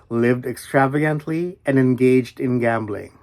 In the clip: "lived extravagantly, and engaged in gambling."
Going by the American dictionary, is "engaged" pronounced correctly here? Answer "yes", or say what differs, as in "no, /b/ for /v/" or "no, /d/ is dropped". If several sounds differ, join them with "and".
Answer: yes